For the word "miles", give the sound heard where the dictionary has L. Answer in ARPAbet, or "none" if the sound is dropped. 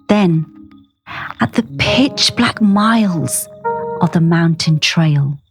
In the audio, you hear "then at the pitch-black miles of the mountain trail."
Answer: L